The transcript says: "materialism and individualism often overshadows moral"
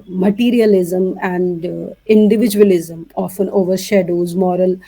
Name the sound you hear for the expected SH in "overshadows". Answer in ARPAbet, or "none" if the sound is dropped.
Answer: SH